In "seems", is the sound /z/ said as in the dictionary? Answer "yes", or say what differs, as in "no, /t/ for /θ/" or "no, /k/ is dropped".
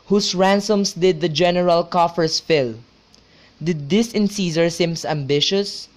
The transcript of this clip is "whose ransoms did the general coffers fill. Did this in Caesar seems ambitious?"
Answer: no, /s/ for /z/